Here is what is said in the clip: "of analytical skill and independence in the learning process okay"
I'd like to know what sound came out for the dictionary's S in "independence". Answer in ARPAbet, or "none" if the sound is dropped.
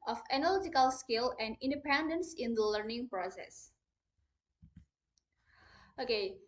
S